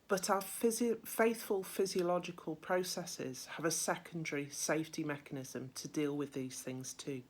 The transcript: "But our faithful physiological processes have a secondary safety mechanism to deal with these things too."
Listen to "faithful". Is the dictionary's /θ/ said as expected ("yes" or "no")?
yes